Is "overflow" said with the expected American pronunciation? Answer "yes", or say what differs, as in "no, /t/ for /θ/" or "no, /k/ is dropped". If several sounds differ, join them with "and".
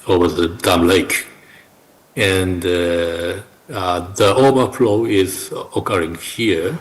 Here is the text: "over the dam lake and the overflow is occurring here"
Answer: no, /b/ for /v/